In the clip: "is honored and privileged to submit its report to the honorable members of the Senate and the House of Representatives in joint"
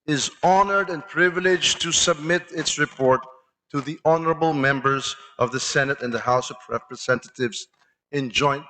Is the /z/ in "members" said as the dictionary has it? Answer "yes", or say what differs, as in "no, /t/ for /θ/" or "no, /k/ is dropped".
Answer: yes